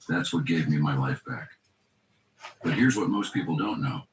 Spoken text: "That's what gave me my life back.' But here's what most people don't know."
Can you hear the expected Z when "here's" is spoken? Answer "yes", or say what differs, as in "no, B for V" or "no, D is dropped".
yes